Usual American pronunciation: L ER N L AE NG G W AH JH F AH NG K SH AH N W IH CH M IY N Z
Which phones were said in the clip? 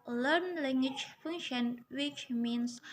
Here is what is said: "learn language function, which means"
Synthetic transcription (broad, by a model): L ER N L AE NG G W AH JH F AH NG SH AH N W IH CH M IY N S